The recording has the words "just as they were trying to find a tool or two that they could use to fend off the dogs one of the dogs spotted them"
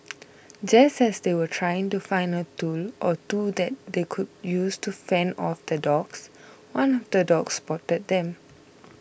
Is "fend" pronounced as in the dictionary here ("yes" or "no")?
no